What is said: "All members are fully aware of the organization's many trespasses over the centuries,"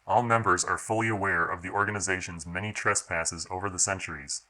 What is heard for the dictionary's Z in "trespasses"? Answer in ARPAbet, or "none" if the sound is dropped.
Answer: Z